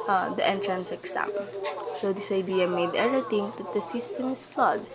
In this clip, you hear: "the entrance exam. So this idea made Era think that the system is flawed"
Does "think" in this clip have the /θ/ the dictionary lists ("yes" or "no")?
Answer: no